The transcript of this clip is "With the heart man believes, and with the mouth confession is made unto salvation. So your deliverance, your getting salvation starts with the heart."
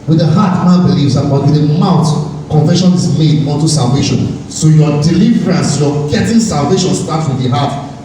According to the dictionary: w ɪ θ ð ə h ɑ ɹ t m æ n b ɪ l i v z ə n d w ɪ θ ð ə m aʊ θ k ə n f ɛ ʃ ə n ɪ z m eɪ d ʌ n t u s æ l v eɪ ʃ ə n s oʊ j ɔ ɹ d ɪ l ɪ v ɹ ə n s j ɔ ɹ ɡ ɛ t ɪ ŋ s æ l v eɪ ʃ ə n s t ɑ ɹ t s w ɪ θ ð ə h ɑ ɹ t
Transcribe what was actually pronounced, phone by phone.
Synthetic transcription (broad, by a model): w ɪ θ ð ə h ɑ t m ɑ b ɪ l i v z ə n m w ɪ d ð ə m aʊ t k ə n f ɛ ʃ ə n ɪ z m eɪ d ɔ n t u s æ l v eɪ ʃ ə n s oʊ j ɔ d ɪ l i v ɹ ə n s j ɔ ɡ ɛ t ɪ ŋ s æ l v eɪ ʃ ə n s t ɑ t w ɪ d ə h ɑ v